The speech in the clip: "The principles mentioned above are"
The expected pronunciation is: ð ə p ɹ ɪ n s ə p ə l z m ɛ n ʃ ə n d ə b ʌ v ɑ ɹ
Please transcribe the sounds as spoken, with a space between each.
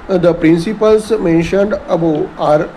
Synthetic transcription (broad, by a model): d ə p ɹ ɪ n s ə p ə l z m ɛ n ʃ ə n d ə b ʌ ɑ ɹ